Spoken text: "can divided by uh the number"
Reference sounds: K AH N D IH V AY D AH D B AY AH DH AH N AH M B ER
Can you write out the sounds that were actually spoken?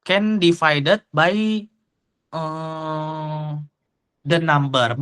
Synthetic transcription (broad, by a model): K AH N D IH F AY D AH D B AY AH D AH N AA M B ER